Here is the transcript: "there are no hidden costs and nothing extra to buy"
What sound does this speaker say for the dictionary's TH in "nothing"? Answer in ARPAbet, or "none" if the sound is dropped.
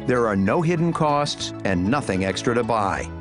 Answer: TH